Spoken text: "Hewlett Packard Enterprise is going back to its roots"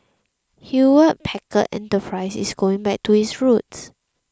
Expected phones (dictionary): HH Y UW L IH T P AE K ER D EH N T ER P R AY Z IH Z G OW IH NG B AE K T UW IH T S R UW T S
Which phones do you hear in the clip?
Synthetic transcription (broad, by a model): HH Y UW W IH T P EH K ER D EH N T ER P R AY S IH S G OW IH NG B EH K T UW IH S R UW T S